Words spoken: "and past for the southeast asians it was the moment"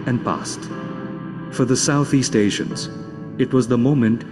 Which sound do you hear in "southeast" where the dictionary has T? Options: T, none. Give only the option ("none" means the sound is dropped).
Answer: T